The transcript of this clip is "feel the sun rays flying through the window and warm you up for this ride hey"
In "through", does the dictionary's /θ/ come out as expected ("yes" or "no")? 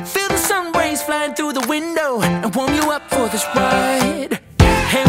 yes